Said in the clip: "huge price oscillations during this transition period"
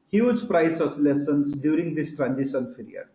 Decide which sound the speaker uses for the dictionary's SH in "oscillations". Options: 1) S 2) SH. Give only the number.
1